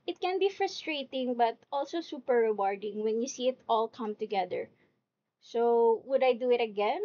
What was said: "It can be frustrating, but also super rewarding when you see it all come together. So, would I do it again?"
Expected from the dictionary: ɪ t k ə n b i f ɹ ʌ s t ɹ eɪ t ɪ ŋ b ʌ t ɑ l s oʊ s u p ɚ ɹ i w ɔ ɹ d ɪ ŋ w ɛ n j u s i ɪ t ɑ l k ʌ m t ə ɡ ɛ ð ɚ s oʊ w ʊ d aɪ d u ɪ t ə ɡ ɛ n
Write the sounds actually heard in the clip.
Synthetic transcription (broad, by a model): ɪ t k ə n b i f ɹ ʌ s t ɹ eɪ t ɪ ŋ b ʌ t ɑ l s oʊ s u p ɚ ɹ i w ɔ ɹ d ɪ ŋ w ɛ n j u s i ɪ t ɑ l k ʌ m t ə ɡ ɛ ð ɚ s oʊ w ʊ d aɪ d u ɪ t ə ɡ ɛ n